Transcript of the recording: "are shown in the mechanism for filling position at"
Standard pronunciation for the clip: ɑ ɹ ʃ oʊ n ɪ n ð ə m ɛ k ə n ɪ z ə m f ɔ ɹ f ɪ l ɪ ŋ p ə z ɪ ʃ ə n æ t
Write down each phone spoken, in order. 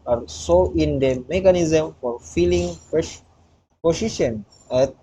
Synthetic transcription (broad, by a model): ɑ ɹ s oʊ ɪ n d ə m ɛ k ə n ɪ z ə m f ɔ ɹ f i l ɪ ŋ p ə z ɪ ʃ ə n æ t